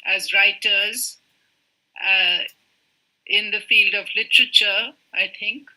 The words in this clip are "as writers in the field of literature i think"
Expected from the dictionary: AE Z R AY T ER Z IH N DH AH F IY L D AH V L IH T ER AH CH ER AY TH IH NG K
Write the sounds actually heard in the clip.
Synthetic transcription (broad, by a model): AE Z R AY T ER Z IH N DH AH F IY L D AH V L IH T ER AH CH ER AY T IH NG K